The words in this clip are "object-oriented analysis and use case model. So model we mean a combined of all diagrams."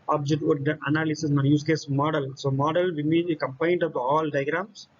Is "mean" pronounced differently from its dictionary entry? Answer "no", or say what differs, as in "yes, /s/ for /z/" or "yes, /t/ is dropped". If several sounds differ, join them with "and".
yes, /n/ is dropped